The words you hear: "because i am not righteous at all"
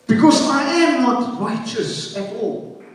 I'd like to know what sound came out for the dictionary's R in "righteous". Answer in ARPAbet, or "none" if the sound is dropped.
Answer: R